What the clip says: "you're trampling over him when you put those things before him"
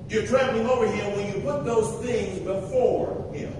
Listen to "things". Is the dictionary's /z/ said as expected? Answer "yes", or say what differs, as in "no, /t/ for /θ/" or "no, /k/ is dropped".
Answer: yes